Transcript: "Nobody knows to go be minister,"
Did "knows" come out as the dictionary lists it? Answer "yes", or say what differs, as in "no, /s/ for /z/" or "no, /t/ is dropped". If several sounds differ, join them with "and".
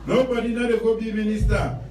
no, /z/ is dropped